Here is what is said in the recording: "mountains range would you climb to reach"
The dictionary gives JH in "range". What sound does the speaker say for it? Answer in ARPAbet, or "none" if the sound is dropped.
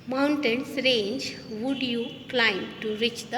JH